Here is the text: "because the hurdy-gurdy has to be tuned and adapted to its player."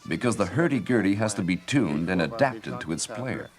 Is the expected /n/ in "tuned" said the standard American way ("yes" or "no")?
yes